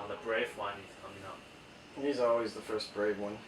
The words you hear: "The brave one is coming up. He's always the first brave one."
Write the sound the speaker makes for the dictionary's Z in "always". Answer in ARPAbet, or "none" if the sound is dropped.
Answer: Z